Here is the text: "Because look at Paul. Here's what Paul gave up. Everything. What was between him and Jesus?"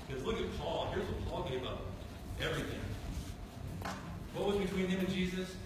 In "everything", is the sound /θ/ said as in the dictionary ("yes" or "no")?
yes